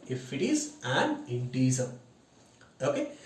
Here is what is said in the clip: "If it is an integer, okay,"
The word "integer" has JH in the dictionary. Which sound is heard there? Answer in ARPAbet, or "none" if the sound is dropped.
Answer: Z